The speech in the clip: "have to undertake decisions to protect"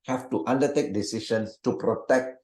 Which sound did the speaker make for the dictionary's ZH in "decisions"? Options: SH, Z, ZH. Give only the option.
SH